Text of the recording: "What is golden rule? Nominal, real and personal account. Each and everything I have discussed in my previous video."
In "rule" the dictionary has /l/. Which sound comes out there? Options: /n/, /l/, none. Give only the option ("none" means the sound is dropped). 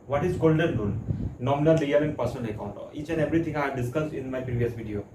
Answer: /n/